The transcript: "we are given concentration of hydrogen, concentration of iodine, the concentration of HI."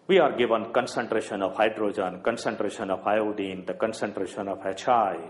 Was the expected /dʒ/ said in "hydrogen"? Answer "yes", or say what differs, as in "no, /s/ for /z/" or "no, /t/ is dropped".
yes